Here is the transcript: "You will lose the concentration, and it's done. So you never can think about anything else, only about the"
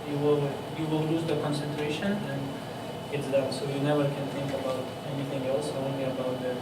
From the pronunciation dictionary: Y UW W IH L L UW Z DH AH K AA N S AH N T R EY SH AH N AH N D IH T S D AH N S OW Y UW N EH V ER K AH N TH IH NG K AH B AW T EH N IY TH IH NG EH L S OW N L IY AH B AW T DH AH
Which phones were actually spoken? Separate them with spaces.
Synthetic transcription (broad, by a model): Y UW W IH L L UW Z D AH K AA N S AH N T R EY SH AH N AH N D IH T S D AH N S OW Y UW N EH V ER K AH N T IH NG K AH B AW T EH N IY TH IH NG EH L S OW N L IY AH B AW T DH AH